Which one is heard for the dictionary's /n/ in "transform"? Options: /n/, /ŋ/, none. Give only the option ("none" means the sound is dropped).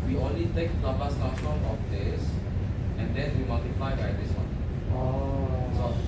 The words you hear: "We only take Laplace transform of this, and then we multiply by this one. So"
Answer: none